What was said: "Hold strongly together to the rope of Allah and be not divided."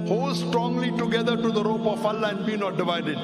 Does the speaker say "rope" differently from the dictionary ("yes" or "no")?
no